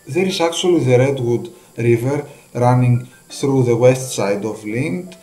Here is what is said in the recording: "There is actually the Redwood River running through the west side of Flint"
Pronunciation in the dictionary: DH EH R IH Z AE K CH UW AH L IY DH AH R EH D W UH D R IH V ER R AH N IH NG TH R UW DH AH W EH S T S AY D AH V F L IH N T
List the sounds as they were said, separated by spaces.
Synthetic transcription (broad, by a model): DH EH R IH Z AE K CH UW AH L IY DH AH R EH D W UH D R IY V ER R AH N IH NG TH R UW DH AH W EH S T S AY D AH V L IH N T